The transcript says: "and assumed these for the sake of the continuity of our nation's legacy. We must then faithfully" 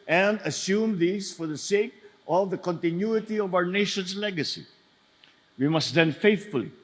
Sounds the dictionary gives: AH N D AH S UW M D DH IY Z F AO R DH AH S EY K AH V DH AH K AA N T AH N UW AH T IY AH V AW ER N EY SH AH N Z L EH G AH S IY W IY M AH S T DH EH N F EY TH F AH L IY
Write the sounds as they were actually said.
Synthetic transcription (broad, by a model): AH N D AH S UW M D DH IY S F AO R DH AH S EY K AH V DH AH K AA N T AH N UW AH T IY AH V AW ER N EY SH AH N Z L EH G AH S IY W IY M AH S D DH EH N F EY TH F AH L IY